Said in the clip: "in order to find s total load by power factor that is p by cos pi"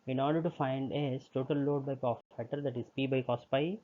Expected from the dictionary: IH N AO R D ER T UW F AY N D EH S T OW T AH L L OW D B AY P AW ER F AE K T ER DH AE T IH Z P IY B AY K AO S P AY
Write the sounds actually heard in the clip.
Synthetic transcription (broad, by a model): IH N AO R D ER T UW F AY N D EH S T OW T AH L L OW D B AY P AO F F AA T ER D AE T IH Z P IY B AY K AO S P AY